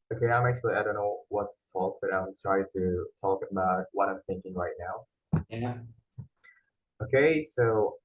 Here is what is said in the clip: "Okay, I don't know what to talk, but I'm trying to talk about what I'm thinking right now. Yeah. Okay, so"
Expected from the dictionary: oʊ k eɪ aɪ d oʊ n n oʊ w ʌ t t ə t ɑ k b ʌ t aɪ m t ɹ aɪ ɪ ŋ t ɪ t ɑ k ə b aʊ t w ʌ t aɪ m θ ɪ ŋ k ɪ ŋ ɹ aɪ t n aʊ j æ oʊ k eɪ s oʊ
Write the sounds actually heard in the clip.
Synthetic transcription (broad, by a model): oʊ k eɪ aɪ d oʊ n n oʊ w ʌ t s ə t ɑ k b ʌ t aɪ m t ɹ aɪ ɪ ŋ t ɪ t ɑ k ə b aʊ t w ʌ t aɪ m θ ɪ ŋ k ɪ ŋ ɹ aɪ t n aʊ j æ oʊ k eɪ s oʊ